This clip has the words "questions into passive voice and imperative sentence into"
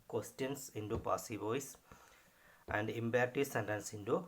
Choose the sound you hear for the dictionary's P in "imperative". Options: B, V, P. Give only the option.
B